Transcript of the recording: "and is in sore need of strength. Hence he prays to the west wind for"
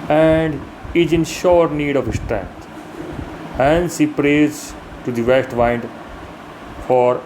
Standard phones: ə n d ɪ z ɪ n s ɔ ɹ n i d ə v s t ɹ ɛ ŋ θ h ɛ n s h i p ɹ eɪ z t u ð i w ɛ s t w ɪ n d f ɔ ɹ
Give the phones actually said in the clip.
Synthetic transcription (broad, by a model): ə n d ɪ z ɪ n ʃ ɔ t n i d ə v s t ɹ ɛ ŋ t h ɛ n s h i p ɹ eɪ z t u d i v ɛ s t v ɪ n d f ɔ ɹ